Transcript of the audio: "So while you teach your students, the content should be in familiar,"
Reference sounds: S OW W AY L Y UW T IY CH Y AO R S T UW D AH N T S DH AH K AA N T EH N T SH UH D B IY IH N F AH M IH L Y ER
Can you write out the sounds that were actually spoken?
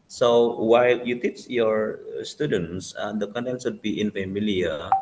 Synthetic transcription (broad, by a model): S OW W AY L Y UW T IY CH Y AO R S T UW D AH N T S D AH K AA N T EH N T S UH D B IY IH N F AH M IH L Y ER